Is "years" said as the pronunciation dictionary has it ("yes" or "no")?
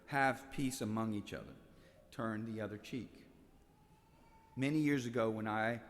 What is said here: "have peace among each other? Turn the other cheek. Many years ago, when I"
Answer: yes